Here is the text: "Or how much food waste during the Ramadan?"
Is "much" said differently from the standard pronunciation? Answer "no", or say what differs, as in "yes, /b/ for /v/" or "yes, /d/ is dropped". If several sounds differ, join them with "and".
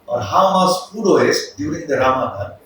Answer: yes, /s/ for /tʃ/